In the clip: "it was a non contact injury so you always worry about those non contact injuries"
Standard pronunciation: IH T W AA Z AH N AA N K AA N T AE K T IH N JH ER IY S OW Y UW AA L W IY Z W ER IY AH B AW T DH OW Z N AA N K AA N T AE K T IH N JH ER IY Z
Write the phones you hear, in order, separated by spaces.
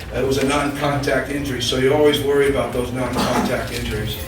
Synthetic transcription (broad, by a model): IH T W AA Z AH N AA N K AA N T AE K T IH N JH ER IY S OW Y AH AA L W IY Z W ER IY AH B AW T DH OW Z N AA N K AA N T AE K T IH N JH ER IY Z